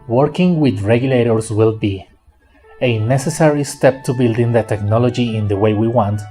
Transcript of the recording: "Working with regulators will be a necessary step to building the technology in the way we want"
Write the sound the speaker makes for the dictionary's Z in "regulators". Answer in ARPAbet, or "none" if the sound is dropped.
S